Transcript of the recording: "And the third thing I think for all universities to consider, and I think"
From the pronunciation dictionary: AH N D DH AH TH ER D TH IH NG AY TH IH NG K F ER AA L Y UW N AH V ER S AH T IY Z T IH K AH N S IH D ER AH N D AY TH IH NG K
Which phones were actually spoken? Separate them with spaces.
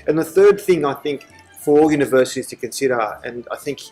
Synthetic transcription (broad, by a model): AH N DH AH TH ER D TH IH NG AY TH IH NG K F ER AA L Y UW N AH V ER S AH T IY Z T IH K AH N S IH D ER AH N AY TH IH NG K